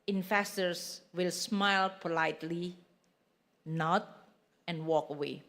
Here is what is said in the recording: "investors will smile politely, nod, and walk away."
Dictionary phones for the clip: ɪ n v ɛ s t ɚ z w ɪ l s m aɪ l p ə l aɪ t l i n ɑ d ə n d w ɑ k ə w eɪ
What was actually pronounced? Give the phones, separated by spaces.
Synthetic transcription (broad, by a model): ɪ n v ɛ s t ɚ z w ɪ l s m aɪ l p ə l aɪ t l i n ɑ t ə n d w ɑ k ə w eɪ